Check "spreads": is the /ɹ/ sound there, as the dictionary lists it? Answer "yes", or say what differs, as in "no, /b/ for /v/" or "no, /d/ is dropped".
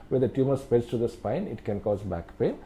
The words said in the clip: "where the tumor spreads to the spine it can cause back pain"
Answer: no, /ɹ/ is dropped